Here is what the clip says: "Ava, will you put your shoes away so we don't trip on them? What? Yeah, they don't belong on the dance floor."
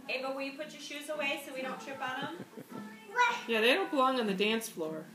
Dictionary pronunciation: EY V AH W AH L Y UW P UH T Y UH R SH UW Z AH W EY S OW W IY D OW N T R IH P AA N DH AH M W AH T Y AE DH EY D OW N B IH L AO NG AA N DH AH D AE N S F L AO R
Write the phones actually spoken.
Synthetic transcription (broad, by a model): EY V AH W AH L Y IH P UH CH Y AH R SH UW Z AH W EY S OW W IY D OW N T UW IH B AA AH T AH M Y AE DH EY D OW N B IH L AO NG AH N DH AH D AE N S F L AO R